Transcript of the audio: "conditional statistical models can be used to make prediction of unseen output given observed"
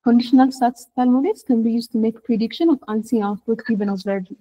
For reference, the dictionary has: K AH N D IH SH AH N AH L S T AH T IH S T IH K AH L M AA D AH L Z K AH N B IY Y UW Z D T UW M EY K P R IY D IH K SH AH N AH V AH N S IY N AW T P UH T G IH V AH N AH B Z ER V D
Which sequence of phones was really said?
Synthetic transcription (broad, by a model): K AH N D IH SH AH N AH L S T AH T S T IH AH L M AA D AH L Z K AH N B IY Y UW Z T UW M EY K P R IY D IH K SH AH N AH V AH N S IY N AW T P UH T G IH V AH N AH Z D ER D